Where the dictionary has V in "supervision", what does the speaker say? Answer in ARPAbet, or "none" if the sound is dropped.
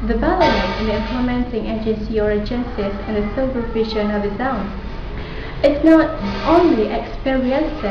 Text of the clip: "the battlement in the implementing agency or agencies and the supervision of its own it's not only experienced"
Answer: F